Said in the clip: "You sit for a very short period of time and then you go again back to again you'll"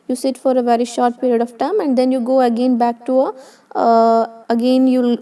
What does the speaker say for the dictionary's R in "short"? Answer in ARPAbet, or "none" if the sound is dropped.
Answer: R